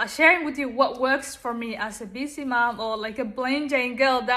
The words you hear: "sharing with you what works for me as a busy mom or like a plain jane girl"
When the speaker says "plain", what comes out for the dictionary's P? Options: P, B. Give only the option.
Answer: B